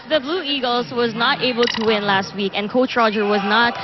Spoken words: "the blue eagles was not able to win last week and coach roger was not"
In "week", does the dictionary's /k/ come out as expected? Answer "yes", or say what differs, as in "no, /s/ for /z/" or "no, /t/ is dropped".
yes